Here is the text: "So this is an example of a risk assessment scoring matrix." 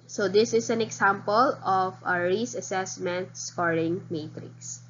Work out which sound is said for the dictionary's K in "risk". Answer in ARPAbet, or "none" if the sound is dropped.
none